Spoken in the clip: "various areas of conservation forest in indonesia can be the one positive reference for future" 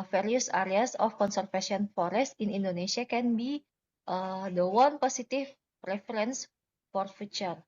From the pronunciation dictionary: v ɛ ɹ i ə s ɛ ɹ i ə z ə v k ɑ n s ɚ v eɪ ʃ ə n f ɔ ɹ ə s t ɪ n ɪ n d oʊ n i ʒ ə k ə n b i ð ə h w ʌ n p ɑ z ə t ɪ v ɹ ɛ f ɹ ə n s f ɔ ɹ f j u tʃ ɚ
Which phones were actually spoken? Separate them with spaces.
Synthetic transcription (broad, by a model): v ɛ ɹ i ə s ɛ ɹ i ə s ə f k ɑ n s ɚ f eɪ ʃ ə n f ɔ ɹ ə s t ɪ n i n d oʊ n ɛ s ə k ə n b i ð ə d w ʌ n p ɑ s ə t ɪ p ɹ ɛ f ɹ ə n s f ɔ ɹ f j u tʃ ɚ